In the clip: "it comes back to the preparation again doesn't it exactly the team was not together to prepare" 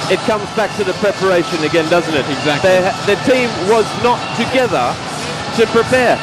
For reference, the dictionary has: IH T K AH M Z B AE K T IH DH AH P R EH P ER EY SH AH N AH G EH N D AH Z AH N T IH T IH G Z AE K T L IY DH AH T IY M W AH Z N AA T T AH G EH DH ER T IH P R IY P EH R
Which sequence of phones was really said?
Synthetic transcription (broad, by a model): IH T K AH M Z B AE K T IH DH AH P R EH P ER EY SH AH N AH G EH N D AH Z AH N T IH T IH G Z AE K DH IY DH AH T IY M W AH Z N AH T T AH G EH DH ER T IH P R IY P EH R